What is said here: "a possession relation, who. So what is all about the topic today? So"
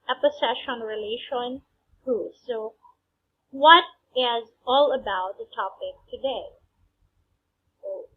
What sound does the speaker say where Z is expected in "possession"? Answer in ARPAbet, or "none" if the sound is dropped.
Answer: S